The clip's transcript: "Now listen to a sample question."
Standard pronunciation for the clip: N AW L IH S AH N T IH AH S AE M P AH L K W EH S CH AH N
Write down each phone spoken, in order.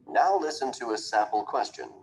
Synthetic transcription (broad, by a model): N AW L IH S AH N T IH AH S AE P L K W EH S CH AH N